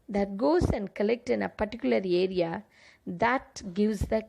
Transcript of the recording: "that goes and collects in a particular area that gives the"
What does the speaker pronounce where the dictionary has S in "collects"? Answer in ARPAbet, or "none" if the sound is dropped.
none